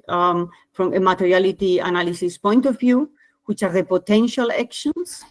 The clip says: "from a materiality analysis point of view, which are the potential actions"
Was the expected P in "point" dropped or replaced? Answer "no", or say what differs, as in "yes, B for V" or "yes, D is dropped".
no